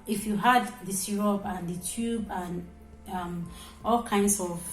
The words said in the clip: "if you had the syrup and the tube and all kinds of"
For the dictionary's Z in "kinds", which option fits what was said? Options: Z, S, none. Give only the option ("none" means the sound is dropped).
S